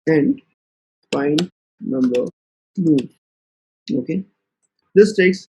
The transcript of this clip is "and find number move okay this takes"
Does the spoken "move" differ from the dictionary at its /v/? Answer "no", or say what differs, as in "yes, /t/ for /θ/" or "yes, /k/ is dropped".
yes, /v/ is dropped